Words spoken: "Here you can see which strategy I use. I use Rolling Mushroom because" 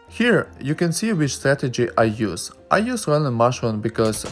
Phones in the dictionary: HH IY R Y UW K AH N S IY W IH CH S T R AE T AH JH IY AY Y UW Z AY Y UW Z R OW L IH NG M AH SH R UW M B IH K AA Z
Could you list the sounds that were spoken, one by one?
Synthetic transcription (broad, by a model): HH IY R Y UW K AH N S IY W IH CH S T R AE T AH JH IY AY Y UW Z AY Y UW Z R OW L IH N M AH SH UW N B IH K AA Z